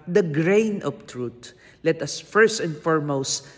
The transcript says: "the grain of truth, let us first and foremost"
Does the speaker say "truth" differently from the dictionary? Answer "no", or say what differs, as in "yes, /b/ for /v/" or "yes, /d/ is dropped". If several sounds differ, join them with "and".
yes, /t/ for /θ/